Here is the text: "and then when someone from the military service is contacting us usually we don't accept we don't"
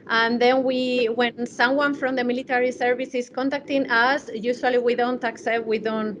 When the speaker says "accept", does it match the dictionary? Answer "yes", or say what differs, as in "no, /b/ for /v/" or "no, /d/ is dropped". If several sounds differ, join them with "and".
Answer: yes